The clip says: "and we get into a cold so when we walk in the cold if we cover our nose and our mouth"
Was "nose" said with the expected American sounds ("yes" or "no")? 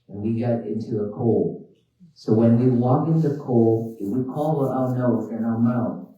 no